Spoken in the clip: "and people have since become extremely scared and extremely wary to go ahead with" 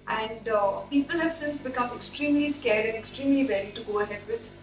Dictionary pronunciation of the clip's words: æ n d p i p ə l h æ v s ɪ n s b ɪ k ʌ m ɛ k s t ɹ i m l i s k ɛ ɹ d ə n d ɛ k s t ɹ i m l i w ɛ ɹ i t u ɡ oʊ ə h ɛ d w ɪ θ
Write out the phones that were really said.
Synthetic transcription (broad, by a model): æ n d p i p ə l h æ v s ɪ n s b ɪ k ʌ m ɛ k s t ɹ i m l i s k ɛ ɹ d ə n d ɛ k s t ɹ i m l i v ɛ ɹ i t u ɡ oʊ ə h ɛ d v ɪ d